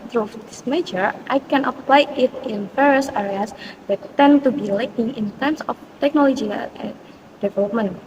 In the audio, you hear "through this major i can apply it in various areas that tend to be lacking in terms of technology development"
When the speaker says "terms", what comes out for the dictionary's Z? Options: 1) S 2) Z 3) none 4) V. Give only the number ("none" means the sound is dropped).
1